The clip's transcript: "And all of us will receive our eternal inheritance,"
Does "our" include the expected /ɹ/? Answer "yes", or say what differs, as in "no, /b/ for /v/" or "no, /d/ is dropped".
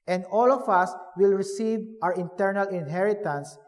no, /w/ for /ɹ/